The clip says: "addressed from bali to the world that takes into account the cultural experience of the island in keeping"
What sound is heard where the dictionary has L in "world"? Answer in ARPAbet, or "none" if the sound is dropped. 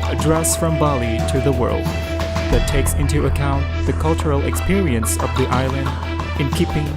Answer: L